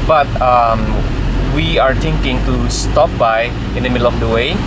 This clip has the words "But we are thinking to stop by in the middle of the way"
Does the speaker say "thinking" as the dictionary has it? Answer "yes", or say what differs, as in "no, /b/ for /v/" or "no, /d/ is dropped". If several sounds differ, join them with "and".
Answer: no, /t/ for /θ/